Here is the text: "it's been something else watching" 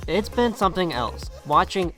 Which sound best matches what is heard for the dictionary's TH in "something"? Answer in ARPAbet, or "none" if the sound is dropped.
TH